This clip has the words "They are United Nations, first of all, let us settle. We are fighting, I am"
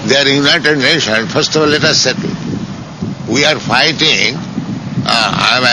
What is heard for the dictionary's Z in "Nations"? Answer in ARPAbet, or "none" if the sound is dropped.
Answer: none